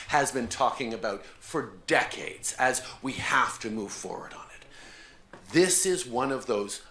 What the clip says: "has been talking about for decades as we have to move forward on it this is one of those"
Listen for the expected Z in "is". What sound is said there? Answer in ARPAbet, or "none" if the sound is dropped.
Z